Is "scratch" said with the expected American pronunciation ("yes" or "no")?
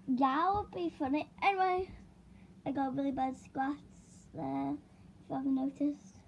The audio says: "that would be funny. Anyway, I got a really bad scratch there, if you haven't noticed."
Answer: no